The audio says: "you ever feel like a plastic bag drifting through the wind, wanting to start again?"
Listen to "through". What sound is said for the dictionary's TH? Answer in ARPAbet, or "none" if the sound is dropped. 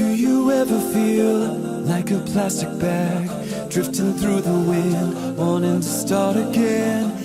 TH